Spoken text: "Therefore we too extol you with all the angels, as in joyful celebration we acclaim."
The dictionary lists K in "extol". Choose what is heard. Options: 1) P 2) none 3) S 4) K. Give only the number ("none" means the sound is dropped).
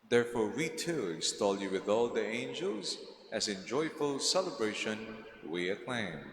2